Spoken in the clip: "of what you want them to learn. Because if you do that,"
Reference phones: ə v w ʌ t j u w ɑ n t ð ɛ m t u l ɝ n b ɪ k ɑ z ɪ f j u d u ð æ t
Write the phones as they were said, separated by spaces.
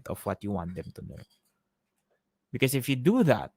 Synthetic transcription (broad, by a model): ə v w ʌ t j u w ɑ n t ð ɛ m t u n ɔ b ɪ k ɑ s ɪ f j u d u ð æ t